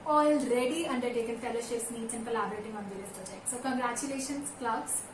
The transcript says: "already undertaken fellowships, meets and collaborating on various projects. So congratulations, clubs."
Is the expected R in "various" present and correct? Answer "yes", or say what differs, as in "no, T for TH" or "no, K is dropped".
no, L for R